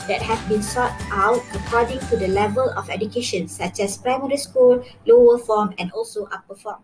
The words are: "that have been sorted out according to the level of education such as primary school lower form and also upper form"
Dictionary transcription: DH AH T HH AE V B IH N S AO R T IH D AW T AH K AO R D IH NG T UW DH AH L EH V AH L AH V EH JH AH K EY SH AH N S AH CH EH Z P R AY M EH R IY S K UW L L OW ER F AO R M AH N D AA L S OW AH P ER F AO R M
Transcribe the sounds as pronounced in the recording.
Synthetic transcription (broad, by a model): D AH T HH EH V B IH N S AO T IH UH T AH K AO D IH NG T UW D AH L EH V AH L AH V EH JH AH K EY SH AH N S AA CH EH S P R AY M EH R IY S K UW L L OW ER F AO M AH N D AA L S OW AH P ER F AO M